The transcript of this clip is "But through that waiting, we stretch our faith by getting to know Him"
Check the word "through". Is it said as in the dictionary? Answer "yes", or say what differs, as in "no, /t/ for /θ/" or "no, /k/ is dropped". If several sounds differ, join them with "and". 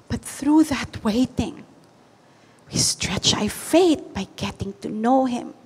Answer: yes